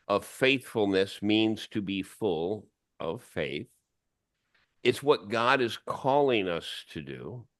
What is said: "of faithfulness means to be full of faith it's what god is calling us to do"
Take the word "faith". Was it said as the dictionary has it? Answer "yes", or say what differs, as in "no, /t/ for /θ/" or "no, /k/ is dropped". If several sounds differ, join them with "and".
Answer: yes